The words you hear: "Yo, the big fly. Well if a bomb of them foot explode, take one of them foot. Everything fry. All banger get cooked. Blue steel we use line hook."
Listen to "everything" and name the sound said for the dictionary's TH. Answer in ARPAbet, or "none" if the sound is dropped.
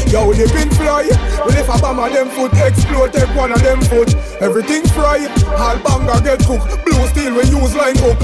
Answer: T